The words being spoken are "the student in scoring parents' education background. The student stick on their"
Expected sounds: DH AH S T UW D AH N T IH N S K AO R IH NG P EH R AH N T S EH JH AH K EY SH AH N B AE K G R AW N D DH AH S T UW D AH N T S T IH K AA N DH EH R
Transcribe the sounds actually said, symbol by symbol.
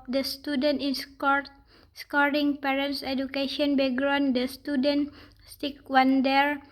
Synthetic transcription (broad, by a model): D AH S T UW D AH N T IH N S K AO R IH NG P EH R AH N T S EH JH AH K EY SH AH N B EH G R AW N D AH S T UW D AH N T S T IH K AA N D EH R